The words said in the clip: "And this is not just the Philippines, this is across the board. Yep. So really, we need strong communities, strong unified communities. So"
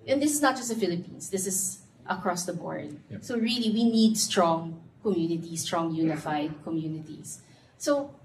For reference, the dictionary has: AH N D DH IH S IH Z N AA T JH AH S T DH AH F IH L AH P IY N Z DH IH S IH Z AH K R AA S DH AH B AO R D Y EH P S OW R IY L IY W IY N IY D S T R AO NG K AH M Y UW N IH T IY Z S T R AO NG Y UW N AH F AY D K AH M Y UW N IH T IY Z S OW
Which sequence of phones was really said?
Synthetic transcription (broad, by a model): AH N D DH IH S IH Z N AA T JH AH S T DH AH F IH L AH P IY N S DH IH S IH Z AH K R AA S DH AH B AO R D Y S OW R IY L IY W IY N IY D S T R AO NG K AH M Y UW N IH T IY S T R AO NG Y UW N AH F AY D K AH M Y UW N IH T IY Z S OW